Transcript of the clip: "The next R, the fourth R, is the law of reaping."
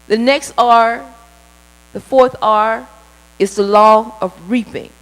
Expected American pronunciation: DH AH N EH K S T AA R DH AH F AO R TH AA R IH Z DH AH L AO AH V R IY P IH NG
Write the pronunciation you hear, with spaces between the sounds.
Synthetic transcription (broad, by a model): DH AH N EH K S T AA R DH AH F AO R TH AA R IH Z DH AH L AO AH V R IY P IH NG